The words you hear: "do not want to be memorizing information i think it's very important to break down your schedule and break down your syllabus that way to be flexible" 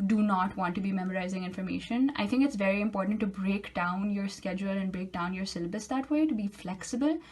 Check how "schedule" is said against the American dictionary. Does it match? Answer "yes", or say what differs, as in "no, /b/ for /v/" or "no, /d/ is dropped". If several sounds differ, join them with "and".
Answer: yes